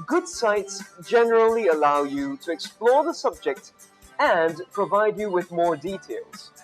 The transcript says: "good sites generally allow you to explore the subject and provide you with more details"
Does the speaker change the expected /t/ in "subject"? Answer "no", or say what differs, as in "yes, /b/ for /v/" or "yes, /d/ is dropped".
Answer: no